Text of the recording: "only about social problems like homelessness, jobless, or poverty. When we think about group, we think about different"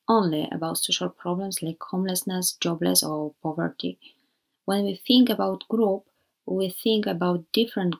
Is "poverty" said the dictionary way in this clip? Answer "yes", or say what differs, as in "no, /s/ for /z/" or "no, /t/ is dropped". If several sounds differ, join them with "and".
yes